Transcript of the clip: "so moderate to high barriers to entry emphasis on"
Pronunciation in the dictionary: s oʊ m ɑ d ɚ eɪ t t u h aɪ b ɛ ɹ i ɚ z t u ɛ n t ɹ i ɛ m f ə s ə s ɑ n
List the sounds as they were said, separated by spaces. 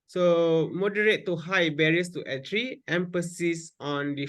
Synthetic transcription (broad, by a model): s oʊ m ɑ d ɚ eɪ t t u h aɪ b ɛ ɹ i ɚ s t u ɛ t ɹ i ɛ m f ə s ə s ɑ n